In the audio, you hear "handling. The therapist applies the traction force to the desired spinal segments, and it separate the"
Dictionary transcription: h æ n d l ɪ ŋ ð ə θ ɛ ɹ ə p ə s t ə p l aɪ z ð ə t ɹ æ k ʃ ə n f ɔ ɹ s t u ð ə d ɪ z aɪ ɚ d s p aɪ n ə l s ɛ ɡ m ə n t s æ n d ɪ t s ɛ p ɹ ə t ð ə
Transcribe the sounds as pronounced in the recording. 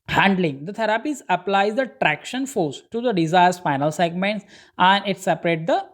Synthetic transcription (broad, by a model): h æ n d l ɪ ŋ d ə t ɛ ɹ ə p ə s ə p l aɪ z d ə t ɹ æ k ʃ ə n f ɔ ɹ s t u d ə d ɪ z aɪ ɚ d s f aɪ n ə l s ɛ ɡ m ə n t s æ n d ɪ t s ɛ p ɹ ə t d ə